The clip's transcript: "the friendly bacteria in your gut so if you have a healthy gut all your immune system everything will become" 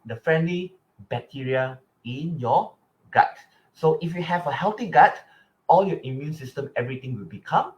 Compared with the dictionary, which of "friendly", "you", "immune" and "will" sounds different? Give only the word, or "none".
none